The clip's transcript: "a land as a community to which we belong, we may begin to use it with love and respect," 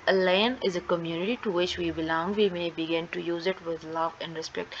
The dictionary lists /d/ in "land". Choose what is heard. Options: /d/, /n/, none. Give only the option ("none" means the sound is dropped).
none